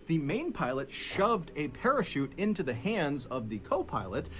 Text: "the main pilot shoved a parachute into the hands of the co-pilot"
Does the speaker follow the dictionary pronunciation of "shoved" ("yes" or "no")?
yes